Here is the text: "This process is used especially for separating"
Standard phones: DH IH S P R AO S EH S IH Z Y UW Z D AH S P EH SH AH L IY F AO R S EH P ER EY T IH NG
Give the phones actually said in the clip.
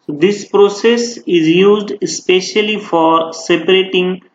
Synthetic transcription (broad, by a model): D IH S P R AO S EH S IH Z Y UW Z D AH S P EH SH AH L IY F AO R S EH P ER EY T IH NG